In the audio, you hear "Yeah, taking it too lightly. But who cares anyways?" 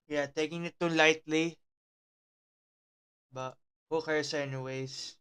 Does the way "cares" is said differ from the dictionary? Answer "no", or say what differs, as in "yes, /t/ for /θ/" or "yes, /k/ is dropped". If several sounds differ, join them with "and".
yes, /s/ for /z/